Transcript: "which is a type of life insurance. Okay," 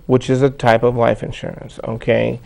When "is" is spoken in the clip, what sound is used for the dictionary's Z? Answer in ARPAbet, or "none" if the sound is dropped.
Z